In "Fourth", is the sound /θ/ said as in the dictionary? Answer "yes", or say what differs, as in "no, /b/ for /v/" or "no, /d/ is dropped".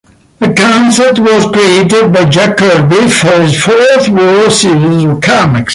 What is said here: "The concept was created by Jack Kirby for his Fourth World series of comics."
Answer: yes